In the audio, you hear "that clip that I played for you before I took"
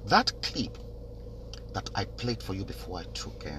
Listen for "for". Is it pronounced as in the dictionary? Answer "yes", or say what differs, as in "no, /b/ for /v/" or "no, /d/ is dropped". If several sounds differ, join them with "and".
yes